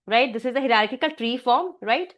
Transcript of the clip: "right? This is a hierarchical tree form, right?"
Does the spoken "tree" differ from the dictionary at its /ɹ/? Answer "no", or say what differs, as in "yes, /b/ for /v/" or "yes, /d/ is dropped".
no